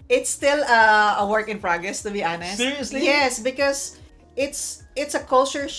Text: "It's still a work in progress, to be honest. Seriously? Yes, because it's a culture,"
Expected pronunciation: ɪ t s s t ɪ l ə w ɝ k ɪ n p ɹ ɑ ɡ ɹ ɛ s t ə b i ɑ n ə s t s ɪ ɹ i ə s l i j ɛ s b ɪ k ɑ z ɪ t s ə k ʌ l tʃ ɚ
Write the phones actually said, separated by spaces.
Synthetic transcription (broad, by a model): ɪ t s s t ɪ l ə w ɝ k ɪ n p ɹ ɑ ɡ ɹ ɛ s t ə b i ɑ n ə s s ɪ ɹ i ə s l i j ɛ s b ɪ k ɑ s ɪ t s ə k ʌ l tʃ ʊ